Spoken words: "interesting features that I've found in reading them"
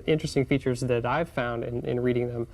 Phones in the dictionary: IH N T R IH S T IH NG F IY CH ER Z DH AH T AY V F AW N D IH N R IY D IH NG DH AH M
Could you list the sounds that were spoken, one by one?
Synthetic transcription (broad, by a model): IH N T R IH S T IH NG F IY CH ER Z DH AH T AY V F AW N D IH N R IY D IH NG DH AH M